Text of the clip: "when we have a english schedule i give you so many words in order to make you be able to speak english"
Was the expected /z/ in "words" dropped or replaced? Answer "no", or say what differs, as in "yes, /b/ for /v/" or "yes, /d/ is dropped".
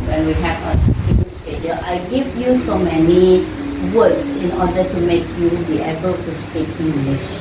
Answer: yes, /s/ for /z/